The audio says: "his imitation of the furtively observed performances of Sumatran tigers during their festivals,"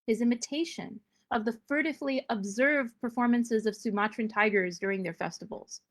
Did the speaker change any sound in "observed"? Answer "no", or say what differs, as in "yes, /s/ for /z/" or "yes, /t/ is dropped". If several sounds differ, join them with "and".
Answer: no